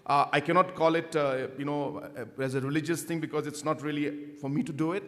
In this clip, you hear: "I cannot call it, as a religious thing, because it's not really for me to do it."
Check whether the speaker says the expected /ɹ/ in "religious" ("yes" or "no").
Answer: yes